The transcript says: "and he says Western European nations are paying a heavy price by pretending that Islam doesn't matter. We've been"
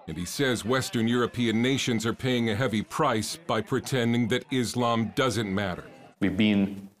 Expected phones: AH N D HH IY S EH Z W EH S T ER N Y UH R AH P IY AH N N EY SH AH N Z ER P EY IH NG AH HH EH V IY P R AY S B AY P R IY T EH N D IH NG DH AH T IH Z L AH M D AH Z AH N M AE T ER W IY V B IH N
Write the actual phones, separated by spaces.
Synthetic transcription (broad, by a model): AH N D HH IY S EH Z W EH S T ER N Y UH R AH P IY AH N N EY SH AH N Z ER P EY IH NG AH HH EH V IY P R AY S B AY P R IY T EH N D IH NG DH AH T IH Z L AH M D AH Z AH N M AE T ER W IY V B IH N